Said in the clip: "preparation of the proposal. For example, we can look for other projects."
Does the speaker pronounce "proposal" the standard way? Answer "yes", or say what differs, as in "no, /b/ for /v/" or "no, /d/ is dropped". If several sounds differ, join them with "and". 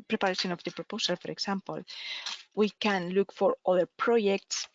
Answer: no, /s/ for /z/